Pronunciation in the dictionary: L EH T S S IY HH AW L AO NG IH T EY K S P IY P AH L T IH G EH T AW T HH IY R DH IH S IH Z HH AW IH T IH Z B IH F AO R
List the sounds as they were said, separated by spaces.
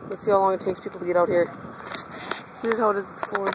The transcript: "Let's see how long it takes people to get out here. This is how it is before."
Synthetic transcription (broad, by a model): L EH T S S IY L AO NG IH T EY K S P IY P L T IH G EH T AW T HH IY R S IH IH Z HH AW IH T IH Z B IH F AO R